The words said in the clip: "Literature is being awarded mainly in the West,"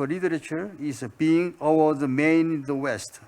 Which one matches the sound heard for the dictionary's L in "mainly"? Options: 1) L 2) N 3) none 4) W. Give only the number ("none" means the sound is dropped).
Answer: 3